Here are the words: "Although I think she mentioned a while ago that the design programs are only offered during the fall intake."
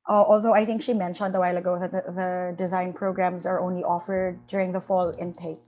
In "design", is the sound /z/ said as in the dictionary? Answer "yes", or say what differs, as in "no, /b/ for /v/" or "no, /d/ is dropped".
yes